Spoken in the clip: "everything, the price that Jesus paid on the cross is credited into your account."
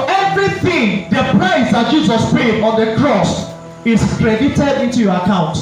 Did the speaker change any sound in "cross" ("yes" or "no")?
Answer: no